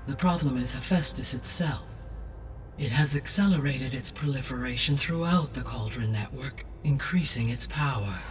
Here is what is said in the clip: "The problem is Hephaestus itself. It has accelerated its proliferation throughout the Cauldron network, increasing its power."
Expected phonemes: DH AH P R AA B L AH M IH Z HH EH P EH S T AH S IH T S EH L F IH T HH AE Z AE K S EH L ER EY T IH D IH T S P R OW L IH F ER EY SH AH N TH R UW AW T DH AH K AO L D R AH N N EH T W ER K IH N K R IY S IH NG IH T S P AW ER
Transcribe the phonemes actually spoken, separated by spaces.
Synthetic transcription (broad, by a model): DH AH P R AA B L AH M IH Z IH F EH S T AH S IH T S EH L F IH T HH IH Z AE K S EH L ER EY T IH D IH T S P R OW L IH F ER EY SH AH N TH R UW AW T DH AH K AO L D R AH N N EH T W ER K IH N K R IY S IH NG IH T S P AW ER